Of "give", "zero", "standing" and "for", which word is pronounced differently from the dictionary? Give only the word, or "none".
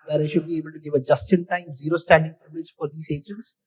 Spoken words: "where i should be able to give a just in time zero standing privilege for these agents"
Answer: none